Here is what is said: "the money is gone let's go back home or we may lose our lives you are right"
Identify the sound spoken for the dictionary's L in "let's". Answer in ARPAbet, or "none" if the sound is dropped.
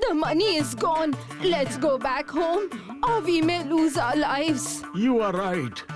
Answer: L